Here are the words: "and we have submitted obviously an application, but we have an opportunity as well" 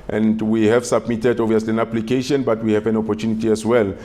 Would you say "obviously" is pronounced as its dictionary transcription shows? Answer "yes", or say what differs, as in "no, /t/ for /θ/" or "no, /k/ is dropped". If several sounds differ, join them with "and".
no, /b/ is dropped